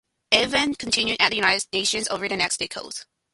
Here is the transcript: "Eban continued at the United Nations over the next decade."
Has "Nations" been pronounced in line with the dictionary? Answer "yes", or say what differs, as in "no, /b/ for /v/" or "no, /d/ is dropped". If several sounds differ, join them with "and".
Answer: yes